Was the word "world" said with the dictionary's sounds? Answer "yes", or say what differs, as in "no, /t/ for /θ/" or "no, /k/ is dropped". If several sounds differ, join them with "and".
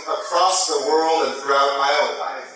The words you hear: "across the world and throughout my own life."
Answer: yes